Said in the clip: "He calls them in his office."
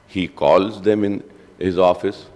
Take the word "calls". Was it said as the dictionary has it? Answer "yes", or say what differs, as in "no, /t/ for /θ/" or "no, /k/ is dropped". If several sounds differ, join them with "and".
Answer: yes